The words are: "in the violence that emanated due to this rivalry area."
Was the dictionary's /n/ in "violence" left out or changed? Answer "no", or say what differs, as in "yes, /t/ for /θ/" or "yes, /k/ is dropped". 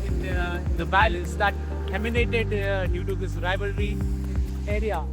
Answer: yes, /n/ is dropped